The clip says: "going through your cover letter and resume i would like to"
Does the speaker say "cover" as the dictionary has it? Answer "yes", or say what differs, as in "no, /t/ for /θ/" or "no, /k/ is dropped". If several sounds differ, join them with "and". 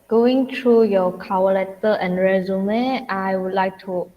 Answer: no, /w/ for /v/